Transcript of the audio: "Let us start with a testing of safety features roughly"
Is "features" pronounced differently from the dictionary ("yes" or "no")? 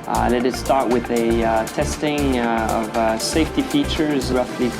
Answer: no